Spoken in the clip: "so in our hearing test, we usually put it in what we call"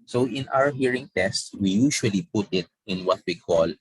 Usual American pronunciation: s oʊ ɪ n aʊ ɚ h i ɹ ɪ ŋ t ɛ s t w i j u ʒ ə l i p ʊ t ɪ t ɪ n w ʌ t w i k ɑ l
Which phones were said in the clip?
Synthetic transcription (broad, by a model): s oʊ ɪ n aʊ ɚ h i ɹ ɪ ŋ t ɛ s t w i j u ʃ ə l i p ʊ t ɪ t ɪ n w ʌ t w i k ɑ l